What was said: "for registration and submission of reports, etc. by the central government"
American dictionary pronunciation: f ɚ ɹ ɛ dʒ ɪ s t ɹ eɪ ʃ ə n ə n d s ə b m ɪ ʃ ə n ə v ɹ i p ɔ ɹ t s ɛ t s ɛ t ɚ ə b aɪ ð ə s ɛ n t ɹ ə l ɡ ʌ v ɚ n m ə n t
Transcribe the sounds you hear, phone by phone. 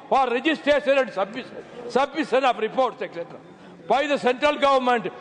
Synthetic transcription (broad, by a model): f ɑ ɹ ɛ dʒ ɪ s t ɹ eɪ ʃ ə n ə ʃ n s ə b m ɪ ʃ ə n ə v ɹ i p ɔ ɹ t s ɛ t s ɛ t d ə b aɪ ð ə s ɛ n t ɹ ə l ɡ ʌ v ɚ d m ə n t